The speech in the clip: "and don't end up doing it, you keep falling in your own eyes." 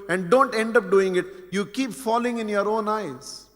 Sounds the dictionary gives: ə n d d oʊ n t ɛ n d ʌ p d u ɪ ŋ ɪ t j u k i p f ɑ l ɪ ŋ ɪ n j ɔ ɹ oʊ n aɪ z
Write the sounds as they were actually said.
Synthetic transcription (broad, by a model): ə n d d oʊ n t ɛ n d ʌ p d u ɪ ŋ ɪ t j u k i p f ɑ l ɪ ŋ ɪ n j ɔ ɹ oʊ n aɪ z